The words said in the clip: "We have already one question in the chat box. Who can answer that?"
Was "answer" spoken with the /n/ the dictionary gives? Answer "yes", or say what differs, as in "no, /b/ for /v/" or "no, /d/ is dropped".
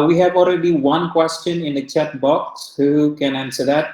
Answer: yes